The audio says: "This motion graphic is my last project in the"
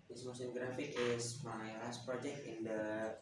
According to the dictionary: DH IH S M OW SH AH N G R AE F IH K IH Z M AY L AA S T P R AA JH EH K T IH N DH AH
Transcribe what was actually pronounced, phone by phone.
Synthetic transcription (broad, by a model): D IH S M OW S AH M G R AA F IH K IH S M AY L AA S T P R AA JH EH K T IH N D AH